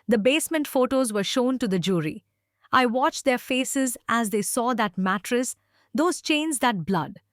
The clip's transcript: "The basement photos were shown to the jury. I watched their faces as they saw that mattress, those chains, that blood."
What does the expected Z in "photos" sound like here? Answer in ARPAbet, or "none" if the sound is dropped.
Z